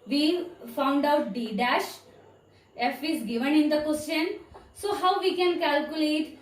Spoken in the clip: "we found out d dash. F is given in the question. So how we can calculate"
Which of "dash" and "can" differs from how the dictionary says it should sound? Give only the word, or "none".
none